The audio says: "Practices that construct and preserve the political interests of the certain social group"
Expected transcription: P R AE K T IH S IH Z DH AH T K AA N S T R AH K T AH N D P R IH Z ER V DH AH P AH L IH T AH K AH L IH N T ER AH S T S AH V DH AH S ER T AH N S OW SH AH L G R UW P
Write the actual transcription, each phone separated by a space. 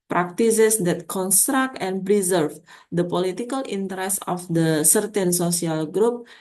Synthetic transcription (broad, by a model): P R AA K T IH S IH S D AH T K AA N S T R AH K T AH N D P R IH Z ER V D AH P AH L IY T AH K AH L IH N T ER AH S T AH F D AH S ER T AH N S OW S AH L G R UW P